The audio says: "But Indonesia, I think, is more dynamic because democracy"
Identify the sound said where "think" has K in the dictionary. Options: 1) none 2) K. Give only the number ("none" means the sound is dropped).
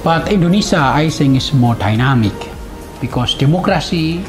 1